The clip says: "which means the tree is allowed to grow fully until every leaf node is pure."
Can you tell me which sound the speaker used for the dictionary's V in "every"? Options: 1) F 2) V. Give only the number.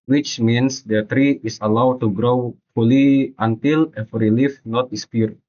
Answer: 1